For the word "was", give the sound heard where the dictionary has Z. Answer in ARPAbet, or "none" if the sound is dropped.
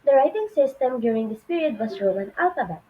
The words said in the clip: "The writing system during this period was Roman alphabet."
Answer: S